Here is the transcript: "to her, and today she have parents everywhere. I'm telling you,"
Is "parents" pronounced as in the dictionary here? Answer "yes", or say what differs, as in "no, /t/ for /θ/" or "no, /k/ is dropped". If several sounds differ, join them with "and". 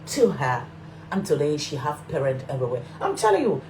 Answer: no, /s/ is dropped